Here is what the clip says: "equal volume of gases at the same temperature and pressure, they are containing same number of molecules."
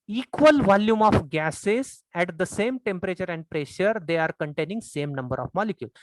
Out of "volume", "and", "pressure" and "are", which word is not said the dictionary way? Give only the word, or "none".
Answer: none